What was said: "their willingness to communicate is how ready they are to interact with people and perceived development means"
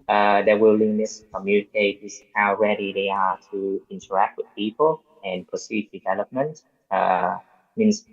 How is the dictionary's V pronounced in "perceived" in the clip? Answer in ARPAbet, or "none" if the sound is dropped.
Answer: none